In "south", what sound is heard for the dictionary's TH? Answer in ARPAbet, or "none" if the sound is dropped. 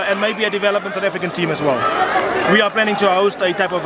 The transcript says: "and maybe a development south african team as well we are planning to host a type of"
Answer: T